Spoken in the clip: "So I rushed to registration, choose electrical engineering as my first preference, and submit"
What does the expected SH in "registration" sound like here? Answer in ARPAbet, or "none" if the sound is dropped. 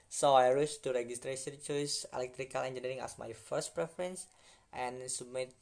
S